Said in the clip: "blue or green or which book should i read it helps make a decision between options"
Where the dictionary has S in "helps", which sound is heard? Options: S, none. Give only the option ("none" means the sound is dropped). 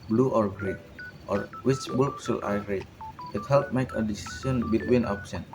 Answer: none